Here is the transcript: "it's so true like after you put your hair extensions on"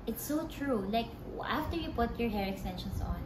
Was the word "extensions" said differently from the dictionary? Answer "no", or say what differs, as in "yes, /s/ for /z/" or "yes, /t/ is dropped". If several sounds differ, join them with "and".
yes, /s/ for /z/